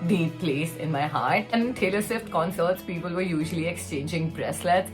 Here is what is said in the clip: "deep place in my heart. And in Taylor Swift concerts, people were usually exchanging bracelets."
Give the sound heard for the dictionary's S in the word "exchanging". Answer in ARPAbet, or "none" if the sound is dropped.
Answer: S